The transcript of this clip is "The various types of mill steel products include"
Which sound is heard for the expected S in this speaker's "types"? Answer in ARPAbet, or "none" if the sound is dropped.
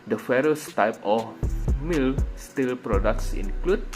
none